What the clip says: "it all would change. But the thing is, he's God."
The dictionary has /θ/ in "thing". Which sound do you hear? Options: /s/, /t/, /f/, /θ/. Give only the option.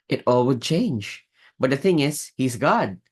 /θ/